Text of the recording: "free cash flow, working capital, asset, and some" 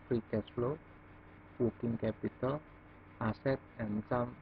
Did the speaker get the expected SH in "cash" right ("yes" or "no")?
no